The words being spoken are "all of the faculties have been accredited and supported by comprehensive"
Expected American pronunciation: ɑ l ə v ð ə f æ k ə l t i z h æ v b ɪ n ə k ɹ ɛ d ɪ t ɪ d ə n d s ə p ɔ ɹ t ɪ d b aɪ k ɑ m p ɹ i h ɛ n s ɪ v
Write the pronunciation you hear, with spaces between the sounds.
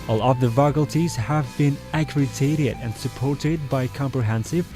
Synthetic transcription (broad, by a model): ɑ l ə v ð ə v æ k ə l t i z h æ v b ɪ n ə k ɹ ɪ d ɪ t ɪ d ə n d s ə p ɔ ɹ t ɪ d b aɪ k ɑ m p ɹ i h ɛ n s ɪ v